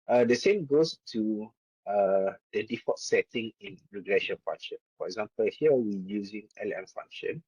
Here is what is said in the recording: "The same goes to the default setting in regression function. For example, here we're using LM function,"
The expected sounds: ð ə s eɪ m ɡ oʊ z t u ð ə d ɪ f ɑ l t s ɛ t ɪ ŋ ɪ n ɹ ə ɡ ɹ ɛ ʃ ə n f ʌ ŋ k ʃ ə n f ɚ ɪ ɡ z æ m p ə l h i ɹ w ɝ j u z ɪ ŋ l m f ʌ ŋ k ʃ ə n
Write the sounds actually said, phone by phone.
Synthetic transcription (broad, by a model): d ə s eɪ m ɡ oʊ s t u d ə d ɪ f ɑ t s ɛ t ɪ ŋ ɪ n ɹ ə ɡ ɹ ɛ ʃ ə n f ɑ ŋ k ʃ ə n f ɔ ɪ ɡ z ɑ m p ə l h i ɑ w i j u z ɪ ŋ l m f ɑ ŋ k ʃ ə n